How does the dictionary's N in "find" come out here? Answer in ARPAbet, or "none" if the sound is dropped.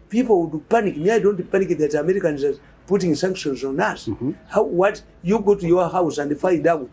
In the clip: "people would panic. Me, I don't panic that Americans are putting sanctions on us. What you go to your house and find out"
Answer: none